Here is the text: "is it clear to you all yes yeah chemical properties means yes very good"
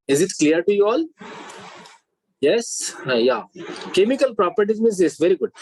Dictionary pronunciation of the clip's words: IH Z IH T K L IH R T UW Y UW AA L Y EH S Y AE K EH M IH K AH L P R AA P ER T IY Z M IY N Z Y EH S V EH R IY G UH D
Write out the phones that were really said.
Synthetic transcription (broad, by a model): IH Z IH T K L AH R T UW Y UW AA L Y EH S Y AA K EH M IH K AH L P R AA P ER T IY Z M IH Z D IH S V EH R IY G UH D